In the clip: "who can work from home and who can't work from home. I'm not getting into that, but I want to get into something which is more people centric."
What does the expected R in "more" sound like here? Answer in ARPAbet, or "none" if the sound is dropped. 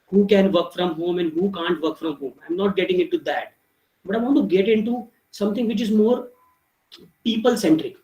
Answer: R